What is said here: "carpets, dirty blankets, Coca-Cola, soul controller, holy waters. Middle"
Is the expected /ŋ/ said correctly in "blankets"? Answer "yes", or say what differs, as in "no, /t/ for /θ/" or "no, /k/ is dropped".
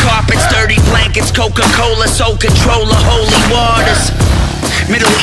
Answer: yes